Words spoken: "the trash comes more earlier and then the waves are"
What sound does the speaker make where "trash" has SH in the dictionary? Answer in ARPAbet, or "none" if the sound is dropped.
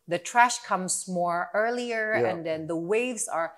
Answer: SH